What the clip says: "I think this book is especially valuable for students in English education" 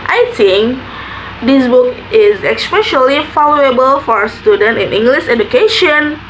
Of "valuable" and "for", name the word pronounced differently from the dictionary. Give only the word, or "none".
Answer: valuable